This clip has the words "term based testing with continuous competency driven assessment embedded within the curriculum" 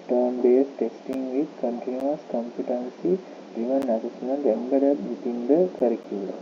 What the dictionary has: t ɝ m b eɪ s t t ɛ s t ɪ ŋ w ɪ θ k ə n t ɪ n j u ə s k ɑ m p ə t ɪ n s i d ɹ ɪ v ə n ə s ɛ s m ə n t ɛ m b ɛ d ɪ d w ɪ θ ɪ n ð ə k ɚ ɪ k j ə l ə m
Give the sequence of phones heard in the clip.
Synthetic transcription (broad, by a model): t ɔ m b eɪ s t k s t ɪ ŋ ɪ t k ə n t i n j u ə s k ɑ m p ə t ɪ n s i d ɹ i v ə n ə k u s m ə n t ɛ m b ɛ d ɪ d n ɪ t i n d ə k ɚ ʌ k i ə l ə